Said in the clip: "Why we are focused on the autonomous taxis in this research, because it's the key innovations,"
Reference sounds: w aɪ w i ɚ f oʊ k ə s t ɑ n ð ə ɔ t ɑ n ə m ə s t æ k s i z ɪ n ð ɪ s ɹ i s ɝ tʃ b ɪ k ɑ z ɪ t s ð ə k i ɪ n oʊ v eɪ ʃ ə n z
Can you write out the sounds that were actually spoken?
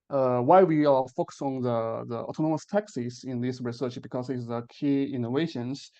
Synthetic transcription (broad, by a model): w aɪ w i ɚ f oʊ k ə s ɑ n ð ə ɔ t ɑ n ə m ə s t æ k s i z ɪ n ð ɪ s ɹ i s ɝ tʃ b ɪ k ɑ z ɪ t s ð ə k i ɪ n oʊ v eɪ ʃ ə n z